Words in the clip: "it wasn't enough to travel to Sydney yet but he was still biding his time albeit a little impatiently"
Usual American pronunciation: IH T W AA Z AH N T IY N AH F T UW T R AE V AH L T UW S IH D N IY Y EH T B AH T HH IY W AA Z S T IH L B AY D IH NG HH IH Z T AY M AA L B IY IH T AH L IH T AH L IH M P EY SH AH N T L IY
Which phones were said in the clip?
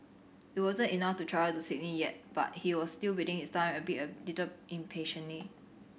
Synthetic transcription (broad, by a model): IH T W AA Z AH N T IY N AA F T UW T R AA AH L T UW S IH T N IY Y EH T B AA T HH IY W AA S T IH L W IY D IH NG HH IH S T AY M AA B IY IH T AH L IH T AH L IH M P EY SH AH N L IY